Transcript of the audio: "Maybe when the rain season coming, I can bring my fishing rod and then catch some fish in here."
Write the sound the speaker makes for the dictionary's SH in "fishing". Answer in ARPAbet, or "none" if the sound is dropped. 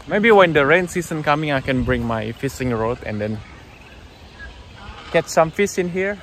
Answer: S